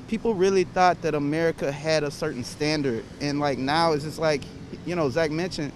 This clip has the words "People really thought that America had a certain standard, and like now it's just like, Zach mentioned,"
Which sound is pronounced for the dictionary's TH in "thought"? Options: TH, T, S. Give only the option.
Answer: TH